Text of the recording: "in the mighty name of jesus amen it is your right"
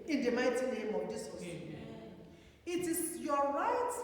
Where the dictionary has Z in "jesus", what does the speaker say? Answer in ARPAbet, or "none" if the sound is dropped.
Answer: S